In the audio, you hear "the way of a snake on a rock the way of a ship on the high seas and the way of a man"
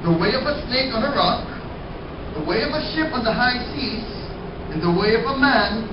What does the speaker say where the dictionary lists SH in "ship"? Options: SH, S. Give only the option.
SH